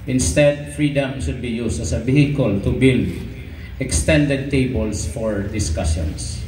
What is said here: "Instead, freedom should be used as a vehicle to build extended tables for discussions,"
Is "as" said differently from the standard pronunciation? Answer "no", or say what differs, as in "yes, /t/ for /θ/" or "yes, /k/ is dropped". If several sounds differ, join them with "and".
yes, /s/ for /z/